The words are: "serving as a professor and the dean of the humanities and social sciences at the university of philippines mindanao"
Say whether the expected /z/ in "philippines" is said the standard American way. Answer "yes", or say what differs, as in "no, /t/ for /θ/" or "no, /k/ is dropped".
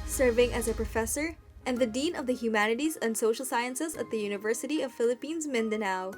yes